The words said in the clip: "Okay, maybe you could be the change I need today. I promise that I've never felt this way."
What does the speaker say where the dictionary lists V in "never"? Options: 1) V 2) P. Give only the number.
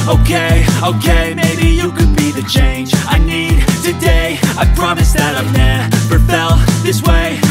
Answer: 2